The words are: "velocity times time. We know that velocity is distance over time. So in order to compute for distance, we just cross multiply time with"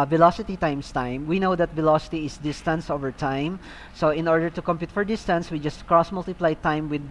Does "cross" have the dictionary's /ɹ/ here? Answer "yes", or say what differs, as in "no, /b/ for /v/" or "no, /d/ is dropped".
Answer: yes